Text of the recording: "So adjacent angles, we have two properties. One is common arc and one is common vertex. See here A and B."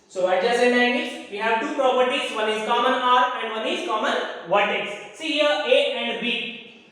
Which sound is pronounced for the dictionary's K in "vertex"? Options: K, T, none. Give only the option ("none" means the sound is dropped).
none